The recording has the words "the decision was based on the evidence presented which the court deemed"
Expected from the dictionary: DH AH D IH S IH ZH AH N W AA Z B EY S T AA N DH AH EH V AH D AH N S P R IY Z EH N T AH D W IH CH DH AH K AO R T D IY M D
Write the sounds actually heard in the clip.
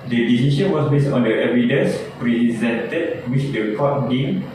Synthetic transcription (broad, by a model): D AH D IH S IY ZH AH N W AA S B EY S T AA N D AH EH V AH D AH S P R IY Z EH N T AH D W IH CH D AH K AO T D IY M